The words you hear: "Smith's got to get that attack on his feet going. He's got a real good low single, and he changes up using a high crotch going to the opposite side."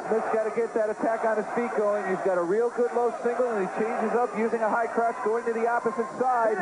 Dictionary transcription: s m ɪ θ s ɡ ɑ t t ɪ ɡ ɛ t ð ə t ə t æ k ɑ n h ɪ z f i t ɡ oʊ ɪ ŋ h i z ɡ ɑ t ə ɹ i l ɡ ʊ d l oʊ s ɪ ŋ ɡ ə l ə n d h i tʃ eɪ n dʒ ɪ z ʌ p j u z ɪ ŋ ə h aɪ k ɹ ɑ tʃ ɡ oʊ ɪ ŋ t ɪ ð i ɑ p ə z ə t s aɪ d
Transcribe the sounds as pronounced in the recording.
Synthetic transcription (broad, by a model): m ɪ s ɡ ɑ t t ɪ ɡ ɛ t ð ə t ə t æ k n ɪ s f i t ɡ oʊ ɪ ŋ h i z ɡ ɑ t ə ɹ i l ɡ ʊ d l oʊ s ɪ ŋ ɡ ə l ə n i tʃ eɪ n dʒ ɪ z ʌ p j u z ɪ ŋ ə h aɪ k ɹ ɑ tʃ ɡ oʊ ɪ ŋ t ɪ ð i ɑ p ə z ə t s aɪ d